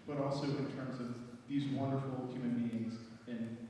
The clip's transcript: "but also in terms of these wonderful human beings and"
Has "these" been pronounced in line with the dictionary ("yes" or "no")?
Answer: yes